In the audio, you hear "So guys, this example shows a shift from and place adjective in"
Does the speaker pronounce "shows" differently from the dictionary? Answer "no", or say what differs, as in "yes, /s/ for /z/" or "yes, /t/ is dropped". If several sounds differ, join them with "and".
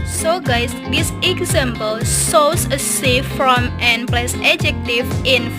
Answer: yes, /s/ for /ʃ/ and /s/ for /z/